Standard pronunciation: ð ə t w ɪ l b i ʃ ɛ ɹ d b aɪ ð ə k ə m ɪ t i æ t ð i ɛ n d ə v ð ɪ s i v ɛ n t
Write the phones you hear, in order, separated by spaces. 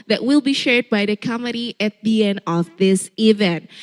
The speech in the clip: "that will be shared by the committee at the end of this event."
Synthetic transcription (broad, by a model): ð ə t w ɪ l b i ʃ ɛ ɹ d b aɪ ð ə k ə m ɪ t i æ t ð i ɛ n d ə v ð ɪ s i v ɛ n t